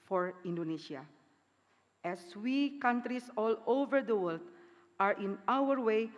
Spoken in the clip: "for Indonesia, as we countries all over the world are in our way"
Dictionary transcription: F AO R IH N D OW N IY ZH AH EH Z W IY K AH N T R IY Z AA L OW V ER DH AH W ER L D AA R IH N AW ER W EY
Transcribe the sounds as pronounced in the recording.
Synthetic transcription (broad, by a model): F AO R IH N D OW N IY SH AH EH S W IY K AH N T R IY S AA L OW V ER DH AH W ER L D AA R IH N AW ER W EY